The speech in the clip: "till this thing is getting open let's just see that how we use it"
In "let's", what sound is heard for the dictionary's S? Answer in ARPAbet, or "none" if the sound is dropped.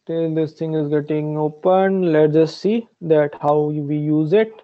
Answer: none